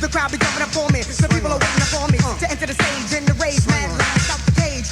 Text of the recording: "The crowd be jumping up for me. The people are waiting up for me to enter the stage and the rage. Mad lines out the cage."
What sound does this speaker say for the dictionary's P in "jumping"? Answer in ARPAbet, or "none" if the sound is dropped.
none